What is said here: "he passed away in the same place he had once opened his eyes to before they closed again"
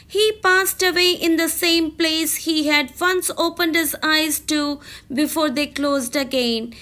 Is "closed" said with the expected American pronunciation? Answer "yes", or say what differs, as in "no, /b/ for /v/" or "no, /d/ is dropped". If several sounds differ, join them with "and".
yes